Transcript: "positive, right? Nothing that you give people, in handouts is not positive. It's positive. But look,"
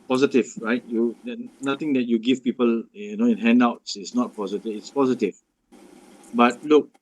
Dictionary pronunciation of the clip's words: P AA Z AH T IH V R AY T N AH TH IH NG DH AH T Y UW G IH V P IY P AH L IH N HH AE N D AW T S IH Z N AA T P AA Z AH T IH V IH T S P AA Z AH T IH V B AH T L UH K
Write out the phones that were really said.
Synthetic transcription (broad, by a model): P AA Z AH T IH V R AY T N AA T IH NG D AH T Y UW G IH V P IY P AH L IH N HH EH N D AW T S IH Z N AA T P AA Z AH T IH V IH T S P AA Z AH T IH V B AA T L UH K